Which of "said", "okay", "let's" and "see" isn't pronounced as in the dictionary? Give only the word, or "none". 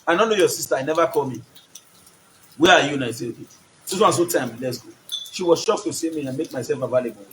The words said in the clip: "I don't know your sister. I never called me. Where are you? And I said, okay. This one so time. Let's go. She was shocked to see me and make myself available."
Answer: said